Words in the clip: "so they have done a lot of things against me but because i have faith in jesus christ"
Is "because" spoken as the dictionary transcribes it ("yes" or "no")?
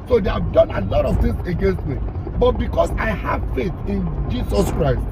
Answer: no